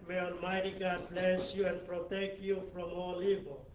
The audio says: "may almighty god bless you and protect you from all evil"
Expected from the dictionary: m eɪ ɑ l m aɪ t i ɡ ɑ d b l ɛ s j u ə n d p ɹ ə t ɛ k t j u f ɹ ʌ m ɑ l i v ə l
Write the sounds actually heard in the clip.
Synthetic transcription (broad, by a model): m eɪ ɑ n m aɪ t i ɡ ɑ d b l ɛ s j u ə n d p ɹ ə t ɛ k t j u f ɹ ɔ m ɑ l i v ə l